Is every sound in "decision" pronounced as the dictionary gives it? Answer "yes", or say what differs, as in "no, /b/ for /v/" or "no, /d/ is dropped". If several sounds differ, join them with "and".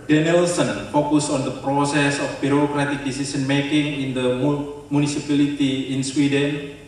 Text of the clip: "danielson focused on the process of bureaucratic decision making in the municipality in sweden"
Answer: no, /s/ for /ʒ/